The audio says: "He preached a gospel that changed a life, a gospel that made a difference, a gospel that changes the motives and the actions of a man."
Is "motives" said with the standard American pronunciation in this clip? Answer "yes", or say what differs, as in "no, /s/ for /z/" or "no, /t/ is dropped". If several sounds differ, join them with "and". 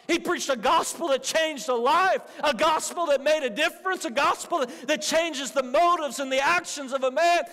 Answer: yes